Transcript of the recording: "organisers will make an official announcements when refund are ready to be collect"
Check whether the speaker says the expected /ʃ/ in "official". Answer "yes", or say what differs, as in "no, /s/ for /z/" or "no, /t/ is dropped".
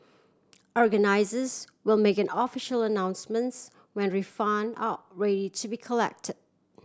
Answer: yes